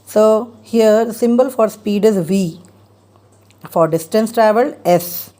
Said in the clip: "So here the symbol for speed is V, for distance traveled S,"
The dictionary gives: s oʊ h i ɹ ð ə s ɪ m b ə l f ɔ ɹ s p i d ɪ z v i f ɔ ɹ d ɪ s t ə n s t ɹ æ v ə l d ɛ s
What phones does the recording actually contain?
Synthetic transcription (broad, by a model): s oʊ h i ɹ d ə s ɪ m b ə l f ɔ ɹ s p i d ɪ z v i f ɔ ɹ d ɪ s t ə n s t ɹ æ v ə l ɛ s